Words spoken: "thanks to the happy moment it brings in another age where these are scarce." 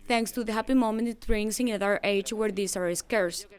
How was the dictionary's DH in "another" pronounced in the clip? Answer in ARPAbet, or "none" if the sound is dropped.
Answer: none